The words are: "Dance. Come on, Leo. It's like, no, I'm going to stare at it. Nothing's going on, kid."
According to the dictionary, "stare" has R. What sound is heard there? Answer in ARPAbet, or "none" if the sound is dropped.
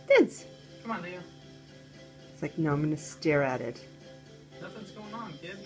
R